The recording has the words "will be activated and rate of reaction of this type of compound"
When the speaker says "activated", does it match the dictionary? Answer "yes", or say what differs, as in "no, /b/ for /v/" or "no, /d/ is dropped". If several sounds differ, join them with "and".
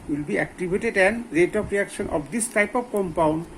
no, /b/ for /v/